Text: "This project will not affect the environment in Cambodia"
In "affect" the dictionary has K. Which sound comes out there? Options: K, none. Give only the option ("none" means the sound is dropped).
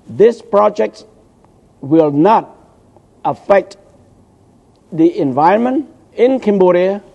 K